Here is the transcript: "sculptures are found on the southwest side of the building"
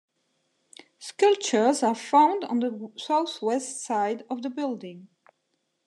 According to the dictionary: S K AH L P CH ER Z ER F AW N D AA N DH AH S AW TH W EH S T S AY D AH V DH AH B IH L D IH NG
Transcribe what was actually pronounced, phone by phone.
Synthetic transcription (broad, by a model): S K AH L P CH ER Z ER F AW N D N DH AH S AW TH W EH S T S AY D AH V DH AH B IH L D IH NG